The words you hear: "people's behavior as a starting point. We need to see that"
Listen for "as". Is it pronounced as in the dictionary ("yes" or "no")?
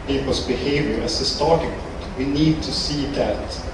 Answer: no